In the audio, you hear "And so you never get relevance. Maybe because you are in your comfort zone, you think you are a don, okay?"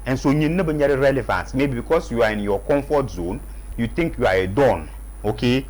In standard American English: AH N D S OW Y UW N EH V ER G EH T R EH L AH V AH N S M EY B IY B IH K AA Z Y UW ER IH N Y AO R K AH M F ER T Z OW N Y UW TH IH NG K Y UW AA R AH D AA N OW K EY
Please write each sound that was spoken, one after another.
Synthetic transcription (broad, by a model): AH N S OW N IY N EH B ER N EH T R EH L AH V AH N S M EY B IY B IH K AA S Y UW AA IH N Y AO K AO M F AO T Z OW N Y UW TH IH NG K Y UW AA R AH D AA N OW K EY